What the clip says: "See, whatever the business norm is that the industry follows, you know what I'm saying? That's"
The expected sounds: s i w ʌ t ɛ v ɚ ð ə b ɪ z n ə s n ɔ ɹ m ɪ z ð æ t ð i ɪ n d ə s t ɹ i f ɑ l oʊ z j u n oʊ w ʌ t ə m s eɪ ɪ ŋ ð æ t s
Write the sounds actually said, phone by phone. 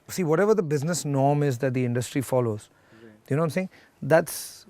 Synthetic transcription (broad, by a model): s i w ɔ t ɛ v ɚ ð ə b ɪ z n ə s n ɔ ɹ m ɪ z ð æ t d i ɪ n d ə s t ɹ i f ɑ l oʊ z j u n oʊ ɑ ə m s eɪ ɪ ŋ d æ t s